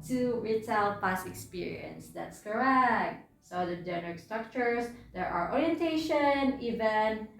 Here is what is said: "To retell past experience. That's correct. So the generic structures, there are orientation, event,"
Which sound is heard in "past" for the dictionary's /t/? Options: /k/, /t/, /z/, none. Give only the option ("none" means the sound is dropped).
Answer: none